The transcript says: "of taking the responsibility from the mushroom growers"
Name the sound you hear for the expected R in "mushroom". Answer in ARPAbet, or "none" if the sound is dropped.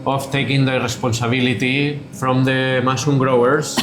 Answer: none